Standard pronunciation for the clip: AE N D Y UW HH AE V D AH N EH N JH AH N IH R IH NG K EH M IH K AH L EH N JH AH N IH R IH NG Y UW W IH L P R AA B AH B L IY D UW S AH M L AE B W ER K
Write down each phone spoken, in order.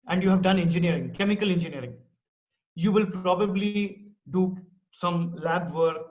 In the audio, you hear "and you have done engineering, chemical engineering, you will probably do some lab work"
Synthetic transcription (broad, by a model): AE N D Y UW HH AE V D AH N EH N JH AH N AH R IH NG K EH M IH K AH L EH N JH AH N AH R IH NG Y UW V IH L P R AA B AH B L IY D UW S AH M L AE B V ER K